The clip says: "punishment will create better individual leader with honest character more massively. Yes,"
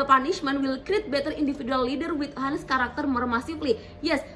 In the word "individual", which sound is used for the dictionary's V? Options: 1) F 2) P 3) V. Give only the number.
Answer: 1